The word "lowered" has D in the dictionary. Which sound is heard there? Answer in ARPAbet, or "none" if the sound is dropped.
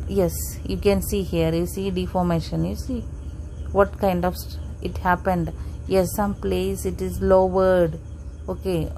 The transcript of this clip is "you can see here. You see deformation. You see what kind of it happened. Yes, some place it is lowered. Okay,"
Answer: D